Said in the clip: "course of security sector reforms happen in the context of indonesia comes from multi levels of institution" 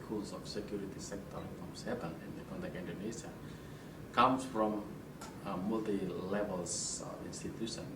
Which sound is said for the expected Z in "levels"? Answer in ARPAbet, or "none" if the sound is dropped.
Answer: S